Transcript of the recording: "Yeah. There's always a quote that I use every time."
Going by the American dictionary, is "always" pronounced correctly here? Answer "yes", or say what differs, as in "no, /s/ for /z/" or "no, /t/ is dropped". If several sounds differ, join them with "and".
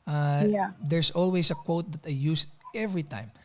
no, /s/ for /z/